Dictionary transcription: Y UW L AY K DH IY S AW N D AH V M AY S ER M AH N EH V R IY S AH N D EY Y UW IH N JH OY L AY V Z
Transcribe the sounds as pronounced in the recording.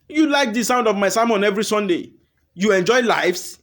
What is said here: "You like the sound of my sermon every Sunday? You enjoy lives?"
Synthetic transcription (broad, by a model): Y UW L AY K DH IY S AW N D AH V M AY S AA M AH N EH V R IY S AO N D EY Y UW IH N JH OY L AY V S